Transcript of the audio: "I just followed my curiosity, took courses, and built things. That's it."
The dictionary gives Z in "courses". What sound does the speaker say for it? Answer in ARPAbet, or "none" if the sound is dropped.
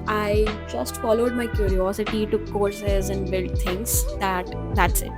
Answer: Z